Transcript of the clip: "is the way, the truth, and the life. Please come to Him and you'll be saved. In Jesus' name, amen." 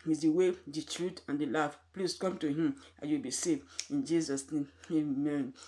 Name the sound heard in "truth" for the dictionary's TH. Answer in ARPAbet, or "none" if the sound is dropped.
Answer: T